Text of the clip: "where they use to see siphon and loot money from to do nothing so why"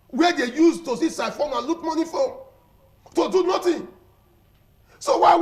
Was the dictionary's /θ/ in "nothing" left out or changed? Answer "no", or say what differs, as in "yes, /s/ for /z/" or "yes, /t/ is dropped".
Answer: yes, /t/ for /θ/